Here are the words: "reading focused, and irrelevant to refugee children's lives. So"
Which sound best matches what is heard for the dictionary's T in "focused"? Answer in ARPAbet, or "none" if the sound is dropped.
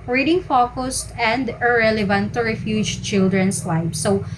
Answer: T